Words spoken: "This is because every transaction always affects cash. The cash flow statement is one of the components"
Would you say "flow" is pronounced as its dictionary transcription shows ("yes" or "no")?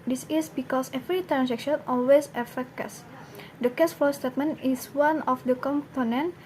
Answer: no